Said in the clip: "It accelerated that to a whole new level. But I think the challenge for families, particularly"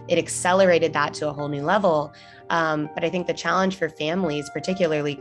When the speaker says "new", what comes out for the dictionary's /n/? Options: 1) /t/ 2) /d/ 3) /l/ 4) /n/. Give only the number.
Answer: 4